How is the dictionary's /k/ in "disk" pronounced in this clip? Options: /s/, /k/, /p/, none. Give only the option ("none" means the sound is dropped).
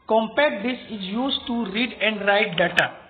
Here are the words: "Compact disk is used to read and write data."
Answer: none